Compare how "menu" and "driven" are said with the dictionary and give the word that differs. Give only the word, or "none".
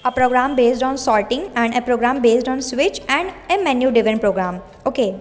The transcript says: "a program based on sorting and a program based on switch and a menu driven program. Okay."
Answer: driven